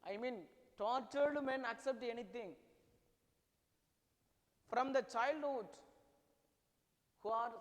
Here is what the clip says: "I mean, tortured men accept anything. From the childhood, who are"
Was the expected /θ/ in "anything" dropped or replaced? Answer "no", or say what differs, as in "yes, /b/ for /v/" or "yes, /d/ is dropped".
yes, /t/ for /θ/